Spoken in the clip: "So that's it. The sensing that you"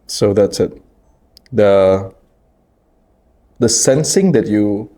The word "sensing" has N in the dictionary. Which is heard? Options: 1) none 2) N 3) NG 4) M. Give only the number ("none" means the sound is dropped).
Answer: 2